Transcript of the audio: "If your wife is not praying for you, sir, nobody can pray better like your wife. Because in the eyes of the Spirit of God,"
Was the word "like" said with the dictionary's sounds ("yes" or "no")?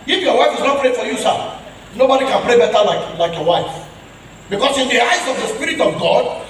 yes